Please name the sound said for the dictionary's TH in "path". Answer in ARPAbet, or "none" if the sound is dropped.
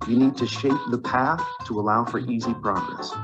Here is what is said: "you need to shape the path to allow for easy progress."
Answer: TH